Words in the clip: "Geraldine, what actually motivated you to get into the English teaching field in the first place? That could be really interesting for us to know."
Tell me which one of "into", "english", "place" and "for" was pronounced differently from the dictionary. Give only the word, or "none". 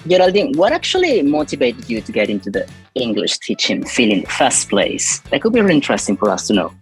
none